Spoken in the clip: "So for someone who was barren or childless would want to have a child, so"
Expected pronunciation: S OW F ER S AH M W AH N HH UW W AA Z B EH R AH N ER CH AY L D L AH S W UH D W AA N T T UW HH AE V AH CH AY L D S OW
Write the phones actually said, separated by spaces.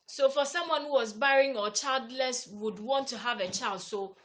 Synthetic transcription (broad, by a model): S OW F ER S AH M W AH N HH UW W AA Z B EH R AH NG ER CH AY L D L AH S W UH D W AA N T T UW HH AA V AH CH AY L D S OW